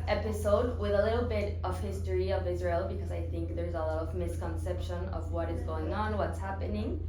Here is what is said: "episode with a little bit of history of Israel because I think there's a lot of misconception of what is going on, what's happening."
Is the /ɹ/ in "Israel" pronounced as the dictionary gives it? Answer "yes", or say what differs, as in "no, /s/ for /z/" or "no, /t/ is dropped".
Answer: yes